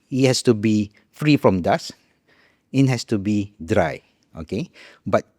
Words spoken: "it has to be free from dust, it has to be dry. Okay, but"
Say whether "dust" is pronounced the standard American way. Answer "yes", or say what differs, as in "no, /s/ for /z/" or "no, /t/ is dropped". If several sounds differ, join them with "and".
no, /t/ is dropped